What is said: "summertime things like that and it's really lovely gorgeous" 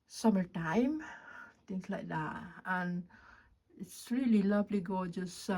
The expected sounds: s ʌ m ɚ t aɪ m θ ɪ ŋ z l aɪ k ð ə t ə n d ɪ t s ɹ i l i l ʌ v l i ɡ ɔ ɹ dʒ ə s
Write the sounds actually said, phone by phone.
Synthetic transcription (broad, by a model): s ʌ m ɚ t aɪ m t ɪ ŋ s l aɪ k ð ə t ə n ɪ t s ɹ i l i l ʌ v l i ɡ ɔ dʒ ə s